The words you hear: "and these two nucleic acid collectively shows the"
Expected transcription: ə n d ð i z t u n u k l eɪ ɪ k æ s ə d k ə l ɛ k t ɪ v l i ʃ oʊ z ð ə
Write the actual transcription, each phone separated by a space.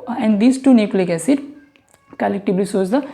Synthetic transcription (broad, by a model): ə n d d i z t u n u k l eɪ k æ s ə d k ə l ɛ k t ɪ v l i s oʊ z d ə